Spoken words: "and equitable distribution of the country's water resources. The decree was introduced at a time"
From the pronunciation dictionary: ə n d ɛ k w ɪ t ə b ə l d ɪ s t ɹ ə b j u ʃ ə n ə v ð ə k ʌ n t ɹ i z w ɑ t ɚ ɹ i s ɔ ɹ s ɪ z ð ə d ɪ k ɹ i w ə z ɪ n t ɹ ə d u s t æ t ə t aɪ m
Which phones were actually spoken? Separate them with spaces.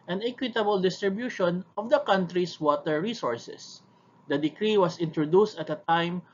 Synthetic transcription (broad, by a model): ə n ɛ k w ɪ t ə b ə l d ɪ s t ɹ ə b j u ʃ ə n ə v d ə k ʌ n t ɹ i s w ɑ t ɚ ɹ i s ɔ ɹ s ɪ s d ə d ɪ k ɹ i w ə s ɪ n t ɹ ə d u s t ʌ t ə t aɪ m